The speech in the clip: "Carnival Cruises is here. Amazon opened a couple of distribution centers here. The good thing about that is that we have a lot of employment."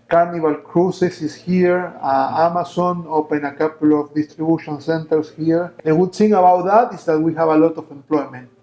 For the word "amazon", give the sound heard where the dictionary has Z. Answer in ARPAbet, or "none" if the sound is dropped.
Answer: S